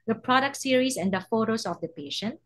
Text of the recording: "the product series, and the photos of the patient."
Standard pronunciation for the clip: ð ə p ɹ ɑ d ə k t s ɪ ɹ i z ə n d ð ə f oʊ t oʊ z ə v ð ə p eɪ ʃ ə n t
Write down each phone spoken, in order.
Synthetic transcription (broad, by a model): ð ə p ɹ ɑ d ə k t s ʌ ɹ i s ə n d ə f oʊ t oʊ s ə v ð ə p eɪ ʃ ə n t